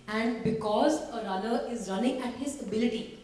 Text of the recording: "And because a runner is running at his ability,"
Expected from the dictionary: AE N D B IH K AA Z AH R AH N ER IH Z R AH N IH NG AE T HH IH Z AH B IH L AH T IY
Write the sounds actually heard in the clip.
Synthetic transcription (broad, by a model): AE N D B IH K AA Z AH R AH L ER IH Z R AH N IH NG AE T HH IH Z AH B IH L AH T IY